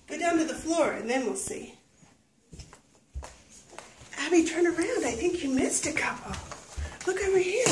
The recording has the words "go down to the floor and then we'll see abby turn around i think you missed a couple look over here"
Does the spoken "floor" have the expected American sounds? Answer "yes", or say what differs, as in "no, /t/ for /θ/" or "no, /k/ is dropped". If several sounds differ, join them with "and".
yes